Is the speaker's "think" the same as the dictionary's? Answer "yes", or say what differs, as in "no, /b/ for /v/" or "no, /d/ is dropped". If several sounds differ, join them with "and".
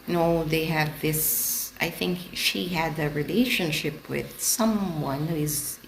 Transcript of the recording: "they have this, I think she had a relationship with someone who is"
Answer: yes